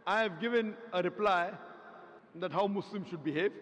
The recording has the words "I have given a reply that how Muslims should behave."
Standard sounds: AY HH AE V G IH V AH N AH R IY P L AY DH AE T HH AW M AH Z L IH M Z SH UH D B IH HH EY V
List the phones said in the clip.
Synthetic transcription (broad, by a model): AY HH AE V G IH V AH N AH R IY P L AY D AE T HH AW M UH S L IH M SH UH D B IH HH EY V